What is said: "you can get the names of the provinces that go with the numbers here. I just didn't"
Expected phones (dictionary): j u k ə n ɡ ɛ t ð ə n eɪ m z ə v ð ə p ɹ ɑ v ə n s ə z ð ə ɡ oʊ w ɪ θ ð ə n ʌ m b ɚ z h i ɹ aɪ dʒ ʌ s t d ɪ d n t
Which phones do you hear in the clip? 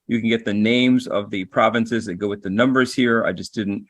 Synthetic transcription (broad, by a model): j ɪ k ə n ɡ ɛ t ð ə n eɪ m z ə v ð ə p ɹ ɑ v ə n s ə z ð ə ɡ oʊ w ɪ ð ə n ʌ m b ɚ z h i ɹ aɪ dʒ ʌ s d ɪ d n t